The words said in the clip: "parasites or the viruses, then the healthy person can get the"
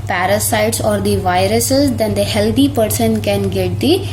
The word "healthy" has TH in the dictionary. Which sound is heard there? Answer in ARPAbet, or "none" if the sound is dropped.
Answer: T